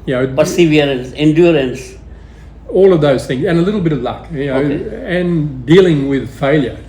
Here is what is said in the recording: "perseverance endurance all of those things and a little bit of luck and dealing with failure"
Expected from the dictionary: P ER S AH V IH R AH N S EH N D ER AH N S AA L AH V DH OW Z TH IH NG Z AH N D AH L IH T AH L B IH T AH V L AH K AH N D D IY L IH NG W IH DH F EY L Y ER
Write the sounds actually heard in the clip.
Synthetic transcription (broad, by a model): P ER S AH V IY R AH N S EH N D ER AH N S AA L AH V DH OW Z TH IH NG Z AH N AH L IH T L B IH T AH V L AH K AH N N D IY L IH NG W IH DH F EY L Y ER